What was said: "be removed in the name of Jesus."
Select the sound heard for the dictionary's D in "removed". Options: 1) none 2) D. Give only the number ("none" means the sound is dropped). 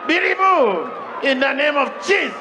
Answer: 1